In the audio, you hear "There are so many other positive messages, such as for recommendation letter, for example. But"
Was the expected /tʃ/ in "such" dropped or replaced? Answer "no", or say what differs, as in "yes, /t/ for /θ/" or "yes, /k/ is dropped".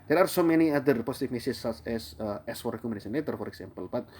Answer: yes, /tʃ/ is dropped